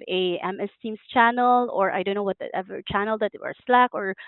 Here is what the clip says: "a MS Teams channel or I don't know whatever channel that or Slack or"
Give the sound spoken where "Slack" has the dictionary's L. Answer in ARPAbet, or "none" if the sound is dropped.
L